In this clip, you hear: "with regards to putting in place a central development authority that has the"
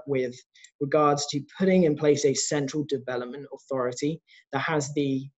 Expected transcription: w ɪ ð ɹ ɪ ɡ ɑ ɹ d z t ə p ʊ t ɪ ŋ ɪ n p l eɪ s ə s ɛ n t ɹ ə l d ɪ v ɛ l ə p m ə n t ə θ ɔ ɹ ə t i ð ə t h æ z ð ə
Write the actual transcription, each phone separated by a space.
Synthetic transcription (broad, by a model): w ɪ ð ɹ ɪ ɡ ɑ d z t ə p ʊ t ɪ ŋ ɪ n p l eɪ s ə s ɛ n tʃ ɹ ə l d ɪ v ɛ l ə p m ə n t ə θ ɔ ɹ ə t i ð ə t h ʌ z ð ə